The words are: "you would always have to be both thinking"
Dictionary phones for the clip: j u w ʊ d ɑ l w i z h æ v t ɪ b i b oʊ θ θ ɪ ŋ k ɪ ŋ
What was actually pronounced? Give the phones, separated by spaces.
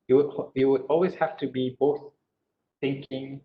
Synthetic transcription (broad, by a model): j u w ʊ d ɑ l w i z h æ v t ɪ b i b oʊ θ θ ɪ ŋ k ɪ ŋ